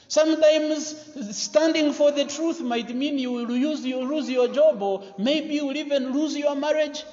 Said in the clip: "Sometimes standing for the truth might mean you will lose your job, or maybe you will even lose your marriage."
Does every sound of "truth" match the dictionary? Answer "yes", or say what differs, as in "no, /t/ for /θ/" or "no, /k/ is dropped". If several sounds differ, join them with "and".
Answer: yes